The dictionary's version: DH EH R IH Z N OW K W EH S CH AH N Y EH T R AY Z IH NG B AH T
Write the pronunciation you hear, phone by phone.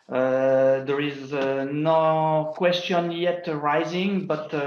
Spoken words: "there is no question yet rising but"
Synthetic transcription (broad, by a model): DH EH R IH Z N OW K W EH S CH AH N Y EH T R AY Z IH NG B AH T